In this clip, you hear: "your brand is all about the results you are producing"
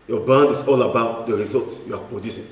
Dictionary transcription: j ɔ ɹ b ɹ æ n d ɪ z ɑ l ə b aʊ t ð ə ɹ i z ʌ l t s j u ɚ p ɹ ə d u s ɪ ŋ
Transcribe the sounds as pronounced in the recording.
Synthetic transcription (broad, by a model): j ɔ b ɑ n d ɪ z ɑ l ə b aʊ t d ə ɹ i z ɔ l t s j u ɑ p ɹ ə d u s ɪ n